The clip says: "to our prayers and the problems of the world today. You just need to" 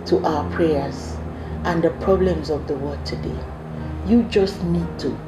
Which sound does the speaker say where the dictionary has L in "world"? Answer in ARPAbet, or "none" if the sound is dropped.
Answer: none